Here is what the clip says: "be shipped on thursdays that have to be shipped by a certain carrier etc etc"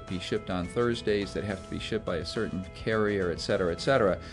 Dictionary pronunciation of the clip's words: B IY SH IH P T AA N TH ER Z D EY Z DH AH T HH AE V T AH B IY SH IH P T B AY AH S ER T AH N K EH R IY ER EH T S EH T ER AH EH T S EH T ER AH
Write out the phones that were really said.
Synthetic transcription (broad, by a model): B IY SH IH P T N TH ER Z D EY Z DH AH T HH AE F T AH B IY SH IH P B AY AH S ER T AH N K EH R IY ER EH T S EH T ER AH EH T S EH T ER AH